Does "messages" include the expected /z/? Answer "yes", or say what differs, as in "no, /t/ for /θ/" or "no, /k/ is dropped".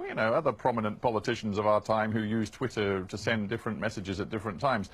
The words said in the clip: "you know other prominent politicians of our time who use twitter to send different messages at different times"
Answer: yes